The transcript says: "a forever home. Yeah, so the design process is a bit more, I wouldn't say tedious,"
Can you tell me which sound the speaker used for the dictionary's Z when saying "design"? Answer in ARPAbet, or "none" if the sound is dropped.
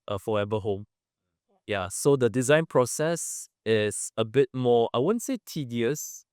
Z